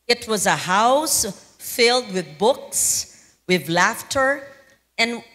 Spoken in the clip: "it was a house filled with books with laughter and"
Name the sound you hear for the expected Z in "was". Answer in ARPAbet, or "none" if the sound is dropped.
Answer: Z